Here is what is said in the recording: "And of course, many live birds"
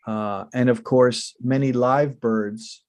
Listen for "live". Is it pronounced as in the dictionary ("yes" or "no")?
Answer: yes